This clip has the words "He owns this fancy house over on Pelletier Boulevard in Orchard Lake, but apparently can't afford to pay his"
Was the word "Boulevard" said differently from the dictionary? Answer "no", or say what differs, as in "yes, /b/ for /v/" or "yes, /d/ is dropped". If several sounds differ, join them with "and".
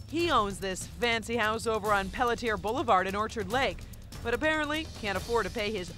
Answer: no